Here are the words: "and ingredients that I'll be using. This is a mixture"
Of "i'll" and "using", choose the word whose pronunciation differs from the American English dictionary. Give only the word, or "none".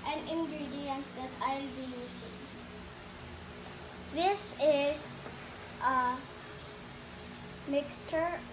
using